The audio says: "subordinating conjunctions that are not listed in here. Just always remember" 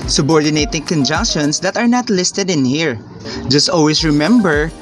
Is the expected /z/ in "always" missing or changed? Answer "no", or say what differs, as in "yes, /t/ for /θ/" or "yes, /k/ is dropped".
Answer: yes, /s/ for /z/